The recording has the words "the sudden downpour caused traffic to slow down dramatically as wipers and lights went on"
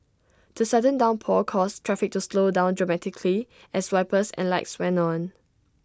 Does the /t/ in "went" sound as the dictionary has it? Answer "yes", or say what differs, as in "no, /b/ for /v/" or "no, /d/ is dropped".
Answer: no, /t/ is dropped